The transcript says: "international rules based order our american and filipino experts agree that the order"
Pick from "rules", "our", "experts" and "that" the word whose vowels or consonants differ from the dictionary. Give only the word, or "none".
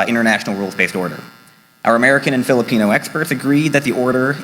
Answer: none